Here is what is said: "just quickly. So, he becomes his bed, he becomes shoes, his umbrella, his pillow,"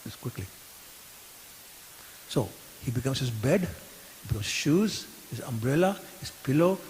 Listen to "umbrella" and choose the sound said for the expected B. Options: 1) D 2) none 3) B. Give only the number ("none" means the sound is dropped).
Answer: 3